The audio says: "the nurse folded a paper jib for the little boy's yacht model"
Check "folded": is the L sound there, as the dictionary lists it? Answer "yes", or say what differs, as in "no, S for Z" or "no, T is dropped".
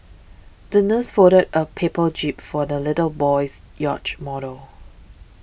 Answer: no, L is dropped